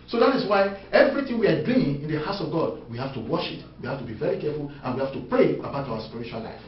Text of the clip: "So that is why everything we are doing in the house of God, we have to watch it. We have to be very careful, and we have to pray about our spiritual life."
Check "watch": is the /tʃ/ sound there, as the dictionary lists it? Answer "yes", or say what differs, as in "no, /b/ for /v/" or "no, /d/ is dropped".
no, /ʃ/ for /tʃ/